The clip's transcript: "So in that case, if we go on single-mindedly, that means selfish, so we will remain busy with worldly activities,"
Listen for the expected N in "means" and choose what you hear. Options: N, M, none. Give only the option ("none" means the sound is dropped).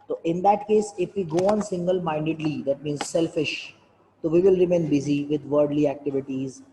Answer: N